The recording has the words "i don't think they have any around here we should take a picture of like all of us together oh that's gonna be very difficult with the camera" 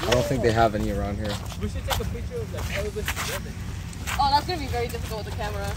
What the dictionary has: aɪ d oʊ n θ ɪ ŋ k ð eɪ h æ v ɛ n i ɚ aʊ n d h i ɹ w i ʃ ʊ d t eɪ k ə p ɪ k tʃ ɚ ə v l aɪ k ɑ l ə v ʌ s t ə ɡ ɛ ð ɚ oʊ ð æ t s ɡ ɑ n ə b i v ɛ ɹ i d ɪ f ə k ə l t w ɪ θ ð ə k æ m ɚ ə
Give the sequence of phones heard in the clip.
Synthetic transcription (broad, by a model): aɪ d oʊ n θ ɪ ŋ k ð eɪ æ v ɛ n i ɚ aʊ n d h i ɹ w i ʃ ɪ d t eɪ k ə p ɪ tʃ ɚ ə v l aɪ k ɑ w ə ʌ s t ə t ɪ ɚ oʊ ð æ t s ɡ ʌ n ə b i v ɛ ɹ i d ɪ f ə k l t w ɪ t ð ə k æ m ɚ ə